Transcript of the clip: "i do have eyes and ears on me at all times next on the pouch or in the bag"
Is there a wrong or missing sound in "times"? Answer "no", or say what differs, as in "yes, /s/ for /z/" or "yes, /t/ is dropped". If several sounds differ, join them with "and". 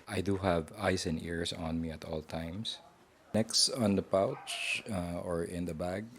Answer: yes, /s/ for /z/